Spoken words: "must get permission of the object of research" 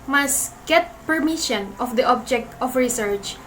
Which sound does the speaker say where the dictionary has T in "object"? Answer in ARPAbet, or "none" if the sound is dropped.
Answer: T